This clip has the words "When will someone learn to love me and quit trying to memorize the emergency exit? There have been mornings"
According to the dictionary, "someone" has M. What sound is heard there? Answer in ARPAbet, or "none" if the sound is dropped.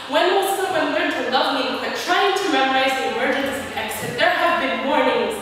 none